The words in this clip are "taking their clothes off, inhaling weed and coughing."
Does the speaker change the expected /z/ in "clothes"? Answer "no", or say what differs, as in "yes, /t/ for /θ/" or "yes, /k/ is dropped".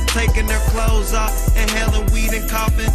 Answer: no